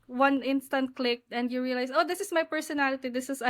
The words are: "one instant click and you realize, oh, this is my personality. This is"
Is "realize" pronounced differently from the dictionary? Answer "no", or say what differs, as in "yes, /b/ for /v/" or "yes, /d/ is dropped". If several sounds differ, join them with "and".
yes, /s/ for /z/